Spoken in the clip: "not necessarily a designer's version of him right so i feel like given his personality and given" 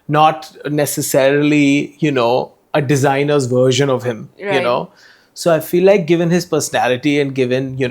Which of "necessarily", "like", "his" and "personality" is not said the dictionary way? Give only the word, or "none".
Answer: necessarily